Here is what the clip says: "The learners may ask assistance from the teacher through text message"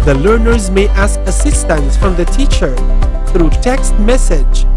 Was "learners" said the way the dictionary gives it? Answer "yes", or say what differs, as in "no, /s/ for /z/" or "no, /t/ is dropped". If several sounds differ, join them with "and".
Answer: yes